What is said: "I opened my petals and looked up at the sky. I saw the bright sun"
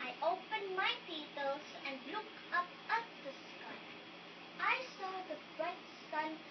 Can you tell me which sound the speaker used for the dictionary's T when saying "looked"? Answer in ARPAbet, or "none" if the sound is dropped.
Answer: none